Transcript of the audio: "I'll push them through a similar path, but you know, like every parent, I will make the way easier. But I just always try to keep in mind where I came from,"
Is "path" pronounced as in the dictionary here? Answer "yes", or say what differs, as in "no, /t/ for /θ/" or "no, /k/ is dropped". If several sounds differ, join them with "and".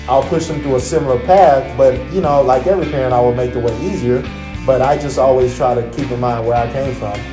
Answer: yes